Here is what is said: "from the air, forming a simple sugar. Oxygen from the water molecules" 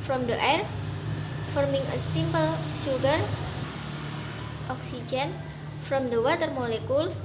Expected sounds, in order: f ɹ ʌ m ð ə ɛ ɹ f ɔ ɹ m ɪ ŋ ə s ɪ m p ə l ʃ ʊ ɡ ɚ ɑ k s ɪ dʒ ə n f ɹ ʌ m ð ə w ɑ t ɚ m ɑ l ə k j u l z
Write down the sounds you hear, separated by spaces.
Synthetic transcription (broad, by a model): f ɹ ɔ m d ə ɛ ɹ f ɔ ɹ m ɪ ŋ ə s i m p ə l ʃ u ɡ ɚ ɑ k s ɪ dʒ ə n f ɹ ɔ m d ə w ɑ t ɚ m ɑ l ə k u l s